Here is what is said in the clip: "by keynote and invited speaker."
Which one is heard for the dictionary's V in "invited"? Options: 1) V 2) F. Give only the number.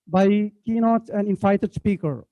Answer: 2